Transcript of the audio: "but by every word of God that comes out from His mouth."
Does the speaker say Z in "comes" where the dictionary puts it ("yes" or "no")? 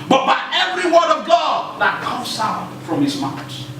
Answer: no